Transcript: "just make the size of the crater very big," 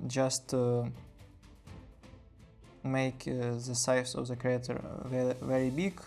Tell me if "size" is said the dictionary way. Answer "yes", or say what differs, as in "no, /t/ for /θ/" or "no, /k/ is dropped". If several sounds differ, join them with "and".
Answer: no, /s/ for /z/